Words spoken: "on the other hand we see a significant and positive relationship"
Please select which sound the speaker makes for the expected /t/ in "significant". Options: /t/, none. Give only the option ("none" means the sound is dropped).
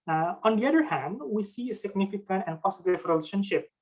/t/